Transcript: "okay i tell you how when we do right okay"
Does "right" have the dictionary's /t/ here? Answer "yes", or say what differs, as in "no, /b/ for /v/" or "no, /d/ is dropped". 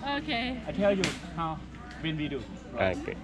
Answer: no, /t/ is dropped